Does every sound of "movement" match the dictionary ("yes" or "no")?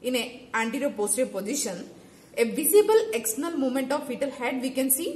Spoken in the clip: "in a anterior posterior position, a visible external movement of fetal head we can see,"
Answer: no